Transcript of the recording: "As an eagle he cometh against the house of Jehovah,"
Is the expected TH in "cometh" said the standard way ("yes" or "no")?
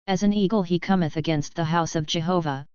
yes